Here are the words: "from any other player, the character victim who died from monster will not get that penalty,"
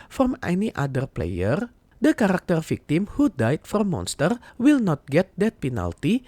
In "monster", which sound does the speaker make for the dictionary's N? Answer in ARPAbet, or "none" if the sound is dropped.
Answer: N